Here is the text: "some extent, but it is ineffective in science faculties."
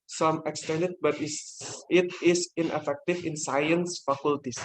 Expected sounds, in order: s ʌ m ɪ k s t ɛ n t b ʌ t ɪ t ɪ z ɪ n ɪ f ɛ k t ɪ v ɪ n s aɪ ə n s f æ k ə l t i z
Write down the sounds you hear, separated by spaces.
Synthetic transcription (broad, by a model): s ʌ m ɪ k s t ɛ n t b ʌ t ɪ t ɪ s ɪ n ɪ f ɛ k t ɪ f ɪ n s aɪ ə n s f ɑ k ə l t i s